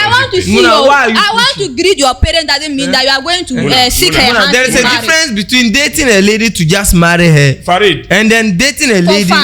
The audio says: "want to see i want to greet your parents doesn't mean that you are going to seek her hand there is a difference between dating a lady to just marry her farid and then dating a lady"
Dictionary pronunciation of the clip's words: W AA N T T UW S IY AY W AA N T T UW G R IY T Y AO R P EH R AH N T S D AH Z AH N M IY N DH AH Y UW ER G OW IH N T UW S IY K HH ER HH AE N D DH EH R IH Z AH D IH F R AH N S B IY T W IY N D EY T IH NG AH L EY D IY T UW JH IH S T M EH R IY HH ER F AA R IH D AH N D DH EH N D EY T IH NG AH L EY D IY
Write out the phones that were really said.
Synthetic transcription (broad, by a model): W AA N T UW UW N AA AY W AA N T T UW G R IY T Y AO P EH R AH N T D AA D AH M M IY N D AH Y UW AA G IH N T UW S IY K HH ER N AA D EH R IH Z AH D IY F R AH N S B IY T W IY N D EY T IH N AH L EY D IY T UW JH IH S T M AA R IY HH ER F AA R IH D AH N D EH N D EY T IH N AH L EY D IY